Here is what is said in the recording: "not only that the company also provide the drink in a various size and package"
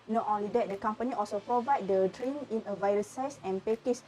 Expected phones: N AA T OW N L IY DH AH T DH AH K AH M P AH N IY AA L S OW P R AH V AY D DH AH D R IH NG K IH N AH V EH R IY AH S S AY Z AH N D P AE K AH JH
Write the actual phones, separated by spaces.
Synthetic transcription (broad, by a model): N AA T OW N L IY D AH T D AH K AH M P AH N IY AA L S OW P R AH V AY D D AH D R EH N IH N AH V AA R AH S S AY S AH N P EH K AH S